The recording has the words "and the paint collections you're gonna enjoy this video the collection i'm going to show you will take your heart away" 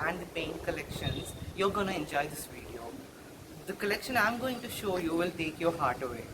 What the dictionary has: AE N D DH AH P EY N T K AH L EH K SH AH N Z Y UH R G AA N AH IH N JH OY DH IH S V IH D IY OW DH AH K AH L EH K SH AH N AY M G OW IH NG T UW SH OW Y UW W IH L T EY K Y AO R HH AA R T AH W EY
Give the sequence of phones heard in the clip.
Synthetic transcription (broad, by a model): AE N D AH P EY N T K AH L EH K SH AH N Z Y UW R G AA N AH IH N JH OY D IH S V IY D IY OW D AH K AH L EH K SH AH N AY M G OW IH NG T UW SH OW Y UW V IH L T EY K Y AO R HH AA R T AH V EY